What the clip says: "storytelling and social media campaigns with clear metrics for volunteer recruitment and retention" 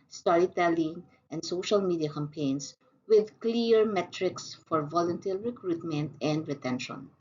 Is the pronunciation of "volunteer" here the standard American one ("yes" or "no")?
no